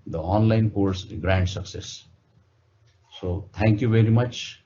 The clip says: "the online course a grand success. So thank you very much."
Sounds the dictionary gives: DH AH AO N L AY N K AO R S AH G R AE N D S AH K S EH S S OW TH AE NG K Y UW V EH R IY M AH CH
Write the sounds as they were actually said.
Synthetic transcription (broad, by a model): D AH AO N L AY N K AO R S G R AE N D S AH K S EH S S OW T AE NG K Y UW V EH R IY M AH CH